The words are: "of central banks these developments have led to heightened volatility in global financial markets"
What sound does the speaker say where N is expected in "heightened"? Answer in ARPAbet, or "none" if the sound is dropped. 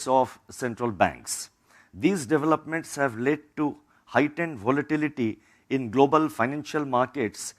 N